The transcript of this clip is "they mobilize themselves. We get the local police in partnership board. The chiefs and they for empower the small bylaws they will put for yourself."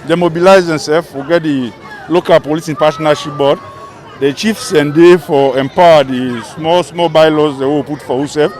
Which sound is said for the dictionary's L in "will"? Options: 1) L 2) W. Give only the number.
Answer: 2